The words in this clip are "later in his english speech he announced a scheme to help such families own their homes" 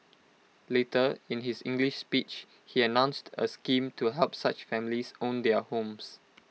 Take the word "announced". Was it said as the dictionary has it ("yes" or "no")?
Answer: yes